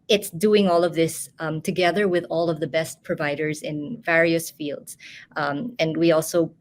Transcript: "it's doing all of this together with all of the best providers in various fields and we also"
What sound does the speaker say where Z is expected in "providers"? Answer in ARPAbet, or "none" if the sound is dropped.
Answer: Z